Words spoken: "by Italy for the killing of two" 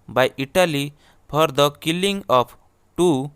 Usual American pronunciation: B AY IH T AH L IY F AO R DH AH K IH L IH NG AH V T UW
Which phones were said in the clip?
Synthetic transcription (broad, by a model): B AY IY T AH L IY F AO R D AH K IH L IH NG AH P T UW